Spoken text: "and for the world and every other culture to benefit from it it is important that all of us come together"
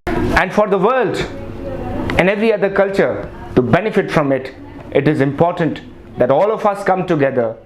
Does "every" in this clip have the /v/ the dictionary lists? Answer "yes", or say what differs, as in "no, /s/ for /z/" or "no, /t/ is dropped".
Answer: yes